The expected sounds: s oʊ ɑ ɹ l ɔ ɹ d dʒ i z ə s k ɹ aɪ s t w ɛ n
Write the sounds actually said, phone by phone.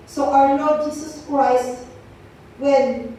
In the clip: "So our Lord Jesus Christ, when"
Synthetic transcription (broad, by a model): s oʊ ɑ w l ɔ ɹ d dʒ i s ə s k ɹ aɪ s t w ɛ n